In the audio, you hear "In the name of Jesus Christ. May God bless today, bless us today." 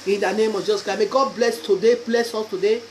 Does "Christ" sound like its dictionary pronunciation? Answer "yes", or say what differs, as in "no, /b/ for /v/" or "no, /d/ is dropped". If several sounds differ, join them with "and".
no, /ɹ/ is dropped